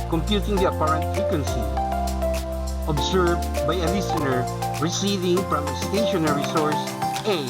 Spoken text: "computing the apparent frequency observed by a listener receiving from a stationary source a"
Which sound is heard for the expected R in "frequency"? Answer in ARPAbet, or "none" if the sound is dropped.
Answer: none